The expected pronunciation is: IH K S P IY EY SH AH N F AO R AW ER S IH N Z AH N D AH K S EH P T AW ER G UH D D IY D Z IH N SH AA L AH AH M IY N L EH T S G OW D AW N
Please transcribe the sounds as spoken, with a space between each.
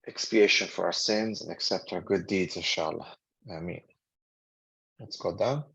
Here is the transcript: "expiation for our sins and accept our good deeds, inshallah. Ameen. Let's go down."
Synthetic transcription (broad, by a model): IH K S P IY EY SH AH N F AO R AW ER S IH N Z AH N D AH K S EH P T AW ER G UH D D IY D Z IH SH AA L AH AH M IY N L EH T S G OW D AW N